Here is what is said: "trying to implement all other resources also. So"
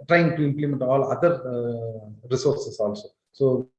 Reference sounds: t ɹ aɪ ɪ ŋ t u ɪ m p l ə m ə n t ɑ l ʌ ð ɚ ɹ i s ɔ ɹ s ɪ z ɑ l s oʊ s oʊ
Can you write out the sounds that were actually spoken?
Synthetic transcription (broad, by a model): t ɹ aɪ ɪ ŋ t u ɪ m p l ə m ə n t ɑ l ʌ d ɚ ɹ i s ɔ ɹ s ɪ s ɑ l s oʊ s oʊ